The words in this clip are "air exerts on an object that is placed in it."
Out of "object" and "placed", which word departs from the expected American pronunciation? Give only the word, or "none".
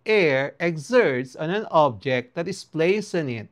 placed